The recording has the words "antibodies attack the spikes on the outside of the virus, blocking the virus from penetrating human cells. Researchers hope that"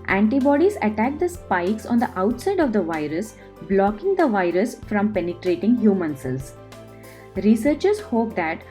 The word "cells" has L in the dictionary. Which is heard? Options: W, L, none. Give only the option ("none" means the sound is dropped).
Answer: none